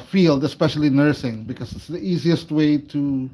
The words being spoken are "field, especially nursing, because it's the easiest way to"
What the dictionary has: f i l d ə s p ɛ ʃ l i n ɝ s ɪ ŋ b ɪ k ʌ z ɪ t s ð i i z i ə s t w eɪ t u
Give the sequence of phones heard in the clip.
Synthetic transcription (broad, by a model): f i l d ə s p ɛ ʃ l i n ɝ s ɪ ŋ b ɪ k ʌ z ɪ t s ð i i z i ə s t w eɪ t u